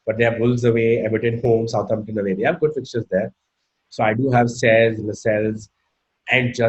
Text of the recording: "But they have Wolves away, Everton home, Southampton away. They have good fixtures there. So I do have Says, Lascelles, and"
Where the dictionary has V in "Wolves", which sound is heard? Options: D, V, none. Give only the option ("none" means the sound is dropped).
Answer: none